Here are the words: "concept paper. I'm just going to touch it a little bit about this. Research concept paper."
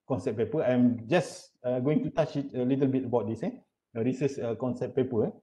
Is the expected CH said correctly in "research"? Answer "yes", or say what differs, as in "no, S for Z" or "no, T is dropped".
no, S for CH